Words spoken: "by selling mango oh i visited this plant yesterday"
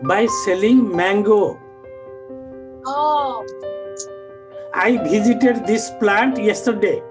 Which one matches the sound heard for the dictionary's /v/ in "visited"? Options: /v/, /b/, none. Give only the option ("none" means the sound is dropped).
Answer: /b/